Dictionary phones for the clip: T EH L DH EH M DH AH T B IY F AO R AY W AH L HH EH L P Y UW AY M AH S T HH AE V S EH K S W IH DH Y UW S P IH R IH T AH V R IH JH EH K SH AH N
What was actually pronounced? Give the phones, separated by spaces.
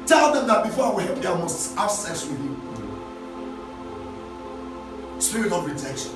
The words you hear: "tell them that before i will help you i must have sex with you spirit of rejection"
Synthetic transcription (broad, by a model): T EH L DH EH M DH AH T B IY F AO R AY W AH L HH EH L P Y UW AY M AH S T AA B S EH S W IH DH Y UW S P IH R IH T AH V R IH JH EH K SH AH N